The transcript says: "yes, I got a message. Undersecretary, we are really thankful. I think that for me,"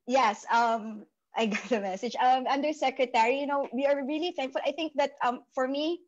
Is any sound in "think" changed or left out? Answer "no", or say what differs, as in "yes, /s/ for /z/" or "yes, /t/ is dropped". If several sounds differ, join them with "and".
no